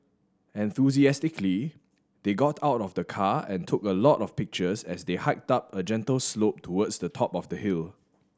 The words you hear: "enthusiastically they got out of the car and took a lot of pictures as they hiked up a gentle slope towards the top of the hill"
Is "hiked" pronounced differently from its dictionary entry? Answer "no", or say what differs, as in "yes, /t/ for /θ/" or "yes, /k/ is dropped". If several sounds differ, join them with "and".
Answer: no